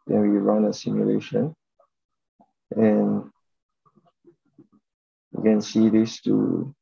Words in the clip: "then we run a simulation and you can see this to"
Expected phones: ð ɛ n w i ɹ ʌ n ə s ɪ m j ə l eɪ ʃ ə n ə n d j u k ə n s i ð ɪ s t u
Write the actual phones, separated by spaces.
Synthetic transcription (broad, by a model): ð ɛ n w i ɹ ʌ n ə s ɪ m j ə l eɪ ʃ ə n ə n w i k ə n s i ð ɪ s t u